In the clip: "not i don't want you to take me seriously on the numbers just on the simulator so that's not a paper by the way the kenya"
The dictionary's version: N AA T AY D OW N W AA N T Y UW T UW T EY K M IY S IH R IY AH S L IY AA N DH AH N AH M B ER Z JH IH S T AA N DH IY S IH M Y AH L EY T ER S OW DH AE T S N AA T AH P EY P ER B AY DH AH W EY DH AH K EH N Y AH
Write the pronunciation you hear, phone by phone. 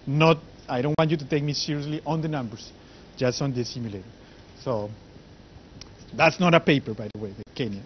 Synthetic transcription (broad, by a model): N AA T AY D OW N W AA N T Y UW T UW T EY K M IY S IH R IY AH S L IY AA N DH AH N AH M B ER S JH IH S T AA N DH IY S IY M Y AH L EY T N S OW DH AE T S N AA T AH P EY P ER B AY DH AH W EY DH AH K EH N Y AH